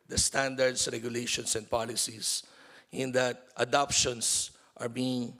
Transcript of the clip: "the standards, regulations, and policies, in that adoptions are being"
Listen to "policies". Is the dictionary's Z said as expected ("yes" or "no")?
no